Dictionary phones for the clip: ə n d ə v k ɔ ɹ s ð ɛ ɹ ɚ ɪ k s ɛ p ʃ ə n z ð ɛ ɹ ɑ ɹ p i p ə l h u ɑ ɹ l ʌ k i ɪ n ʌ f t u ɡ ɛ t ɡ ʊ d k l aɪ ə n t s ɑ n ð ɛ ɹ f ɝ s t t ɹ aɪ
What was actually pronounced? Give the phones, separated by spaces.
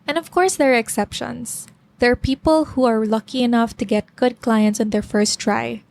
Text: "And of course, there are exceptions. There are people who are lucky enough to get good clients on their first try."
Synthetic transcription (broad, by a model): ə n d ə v k ɔ ɹ s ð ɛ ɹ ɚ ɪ k s ɛ p ʃ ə n s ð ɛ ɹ ɑ ɹ p i p ə l h u ɑ ɹ l ʌ k i ɪ n ʌ f t u ɡ ɛ t ɡ ʊ d k l aɪ ə n t s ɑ n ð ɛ ɹ f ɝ s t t ɹ aɪ